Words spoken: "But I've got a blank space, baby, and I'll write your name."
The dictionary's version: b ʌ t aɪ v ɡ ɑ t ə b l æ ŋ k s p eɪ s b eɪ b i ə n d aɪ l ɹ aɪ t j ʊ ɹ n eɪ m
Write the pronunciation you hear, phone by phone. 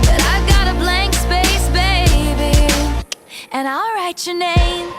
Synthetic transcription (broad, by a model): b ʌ t aɪ ɡ ɑ t ə b l æ ŋ k s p eɪ s b eɪ b i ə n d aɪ l ɹ aɪ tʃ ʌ ɹ n eɪ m